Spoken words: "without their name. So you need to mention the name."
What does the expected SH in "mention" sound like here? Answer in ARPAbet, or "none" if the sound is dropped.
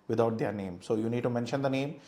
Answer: SH